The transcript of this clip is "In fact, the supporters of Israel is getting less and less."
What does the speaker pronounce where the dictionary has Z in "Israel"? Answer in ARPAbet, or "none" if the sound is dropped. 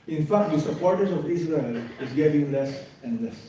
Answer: S